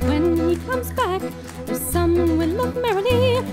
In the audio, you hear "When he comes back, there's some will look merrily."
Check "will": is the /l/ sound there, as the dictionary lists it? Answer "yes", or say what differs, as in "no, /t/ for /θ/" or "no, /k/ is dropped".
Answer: no, /n/ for /l/